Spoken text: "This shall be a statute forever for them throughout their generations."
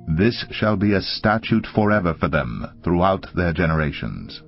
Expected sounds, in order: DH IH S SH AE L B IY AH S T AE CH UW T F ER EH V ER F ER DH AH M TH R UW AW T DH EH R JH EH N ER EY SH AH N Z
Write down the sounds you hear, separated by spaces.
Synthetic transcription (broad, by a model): DH IH S SH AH L B IY AH S T AE CH UW T F ER EH V ER F ER DH AH M TH R UW AW T DH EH R JH EH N ER EY SH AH N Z